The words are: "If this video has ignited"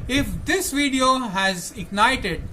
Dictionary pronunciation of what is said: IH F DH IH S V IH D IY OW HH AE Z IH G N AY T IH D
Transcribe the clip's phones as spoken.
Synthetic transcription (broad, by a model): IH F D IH S V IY D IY OW HH AE Z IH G N AY T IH D